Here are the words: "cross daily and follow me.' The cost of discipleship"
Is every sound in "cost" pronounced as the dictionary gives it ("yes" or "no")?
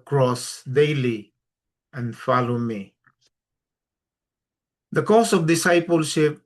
no